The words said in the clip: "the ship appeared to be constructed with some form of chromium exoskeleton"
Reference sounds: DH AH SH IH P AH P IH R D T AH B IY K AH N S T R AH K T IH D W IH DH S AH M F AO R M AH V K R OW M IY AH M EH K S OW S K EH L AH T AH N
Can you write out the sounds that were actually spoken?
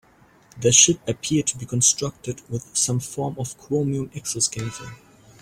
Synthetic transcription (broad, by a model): DH AH SH IH P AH P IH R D T AH B IY K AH N S T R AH K T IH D W IH DH S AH M F AO R M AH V K R OW M IY AH M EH K S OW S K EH AH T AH